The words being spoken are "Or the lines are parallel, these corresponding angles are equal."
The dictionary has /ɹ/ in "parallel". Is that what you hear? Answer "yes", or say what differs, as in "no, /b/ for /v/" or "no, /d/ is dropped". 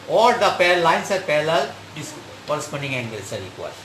no, /l/ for /ɹ/